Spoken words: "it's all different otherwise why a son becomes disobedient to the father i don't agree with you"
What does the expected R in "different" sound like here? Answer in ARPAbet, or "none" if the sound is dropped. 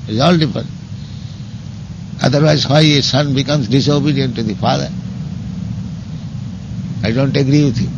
none